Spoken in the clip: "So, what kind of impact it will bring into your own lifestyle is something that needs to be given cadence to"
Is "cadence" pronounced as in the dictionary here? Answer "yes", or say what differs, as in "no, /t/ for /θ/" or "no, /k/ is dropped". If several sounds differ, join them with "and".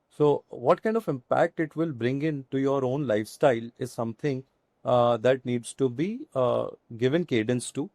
yes